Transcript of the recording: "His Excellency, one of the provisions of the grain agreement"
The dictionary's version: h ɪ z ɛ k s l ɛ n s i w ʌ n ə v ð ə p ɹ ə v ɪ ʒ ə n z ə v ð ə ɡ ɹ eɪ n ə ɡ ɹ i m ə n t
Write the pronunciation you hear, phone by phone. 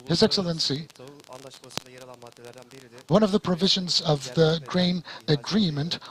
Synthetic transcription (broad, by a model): h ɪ z ɛ k s l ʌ n s i w ʌ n ə v ð ə p ɹ ə v ɪ ʒ ə n z ə v ð ə ɡ ɹ eɪ n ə ɡ ɹ i m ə n t